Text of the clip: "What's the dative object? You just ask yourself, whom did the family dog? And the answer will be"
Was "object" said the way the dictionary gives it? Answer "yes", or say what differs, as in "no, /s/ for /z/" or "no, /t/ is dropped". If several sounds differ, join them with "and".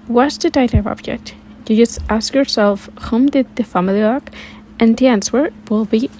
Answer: yes